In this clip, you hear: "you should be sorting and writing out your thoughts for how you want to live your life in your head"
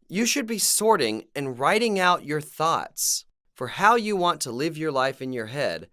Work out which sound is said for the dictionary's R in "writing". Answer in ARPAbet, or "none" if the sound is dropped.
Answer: R